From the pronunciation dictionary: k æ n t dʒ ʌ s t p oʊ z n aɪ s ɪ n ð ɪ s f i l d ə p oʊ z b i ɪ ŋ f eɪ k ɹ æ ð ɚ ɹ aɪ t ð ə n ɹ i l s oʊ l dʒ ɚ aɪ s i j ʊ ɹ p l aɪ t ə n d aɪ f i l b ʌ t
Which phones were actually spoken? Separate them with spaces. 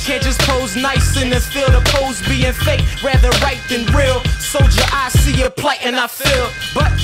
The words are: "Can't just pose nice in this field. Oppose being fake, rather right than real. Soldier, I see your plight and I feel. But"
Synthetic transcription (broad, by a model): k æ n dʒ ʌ s p oʊ z n aɪ s ɪ n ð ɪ f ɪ l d ə p oʊ z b i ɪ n f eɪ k ɹ æ ð ɚ ɹ aɪ t ð ə n ɹ i l s oʊ dʒ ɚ aɪ s i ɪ p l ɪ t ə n aɪ f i l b ʌ t